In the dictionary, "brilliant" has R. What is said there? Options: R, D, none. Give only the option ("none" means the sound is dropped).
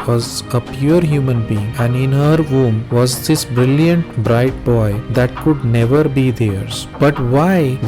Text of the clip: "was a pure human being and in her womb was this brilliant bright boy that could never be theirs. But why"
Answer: R